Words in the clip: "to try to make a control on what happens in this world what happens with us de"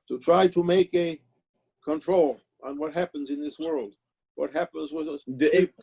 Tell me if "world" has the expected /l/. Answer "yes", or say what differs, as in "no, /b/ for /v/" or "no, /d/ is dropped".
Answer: yes